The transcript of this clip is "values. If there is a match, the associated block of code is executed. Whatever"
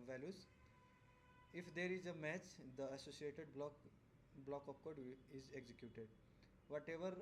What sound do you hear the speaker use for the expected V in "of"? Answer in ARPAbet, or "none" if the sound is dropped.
P